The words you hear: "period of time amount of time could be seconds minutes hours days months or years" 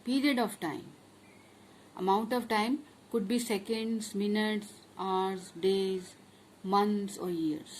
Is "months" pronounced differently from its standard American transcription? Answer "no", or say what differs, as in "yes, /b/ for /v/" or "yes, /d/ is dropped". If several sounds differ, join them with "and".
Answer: yes, /t/ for /θ/